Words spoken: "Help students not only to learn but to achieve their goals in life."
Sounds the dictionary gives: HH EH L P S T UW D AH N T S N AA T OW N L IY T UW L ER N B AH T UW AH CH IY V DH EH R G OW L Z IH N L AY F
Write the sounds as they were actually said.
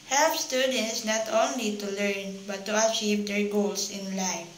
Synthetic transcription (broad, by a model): HH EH L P S T UW D AH N T S N AA T OW N L IY T UW L ER N B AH T UW AH CH IY V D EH R G OW L S IH N L AY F